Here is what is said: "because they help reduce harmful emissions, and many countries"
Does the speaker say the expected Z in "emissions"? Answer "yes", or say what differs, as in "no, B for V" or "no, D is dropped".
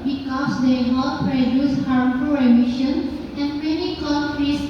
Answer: no, Z is dropped